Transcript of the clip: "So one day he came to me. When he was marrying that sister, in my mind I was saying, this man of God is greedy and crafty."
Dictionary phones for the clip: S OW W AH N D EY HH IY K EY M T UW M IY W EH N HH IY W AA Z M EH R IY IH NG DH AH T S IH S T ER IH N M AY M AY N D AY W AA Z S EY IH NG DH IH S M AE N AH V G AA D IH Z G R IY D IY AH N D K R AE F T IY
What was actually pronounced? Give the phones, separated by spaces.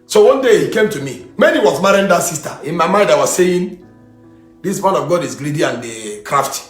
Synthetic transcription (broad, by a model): S OW W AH N D EY HH IY K EY M T UW M IY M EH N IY W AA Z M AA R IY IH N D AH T S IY S T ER IH N M AY M AY N D AY W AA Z S EY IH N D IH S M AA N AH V G AA D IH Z G L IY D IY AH N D K R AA F T